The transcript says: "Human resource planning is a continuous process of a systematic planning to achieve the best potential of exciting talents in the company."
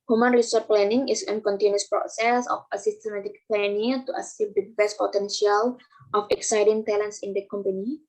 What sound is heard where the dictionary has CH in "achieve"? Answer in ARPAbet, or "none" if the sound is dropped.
S